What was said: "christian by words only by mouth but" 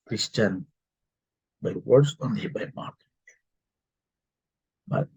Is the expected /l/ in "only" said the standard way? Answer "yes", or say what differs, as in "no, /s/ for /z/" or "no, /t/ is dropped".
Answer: no, /l/ is dropped